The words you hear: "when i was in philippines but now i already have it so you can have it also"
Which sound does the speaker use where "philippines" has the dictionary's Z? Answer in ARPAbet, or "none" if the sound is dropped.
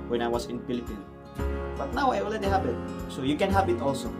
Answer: none